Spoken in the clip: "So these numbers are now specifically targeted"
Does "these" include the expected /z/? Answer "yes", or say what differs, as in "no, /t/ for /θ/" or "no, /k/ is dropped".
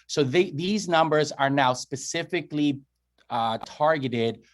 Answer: yes